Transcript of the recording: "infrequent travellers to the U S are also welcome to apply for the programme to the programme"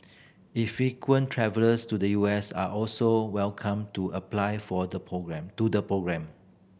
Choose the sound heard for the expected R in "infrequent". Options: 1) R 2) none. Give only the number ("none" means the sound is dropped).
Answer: 2